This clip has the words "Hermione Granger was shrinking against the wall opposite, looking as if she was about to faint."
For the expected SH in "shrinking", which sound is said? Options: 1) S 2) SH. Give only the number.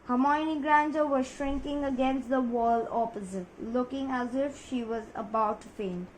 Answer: 2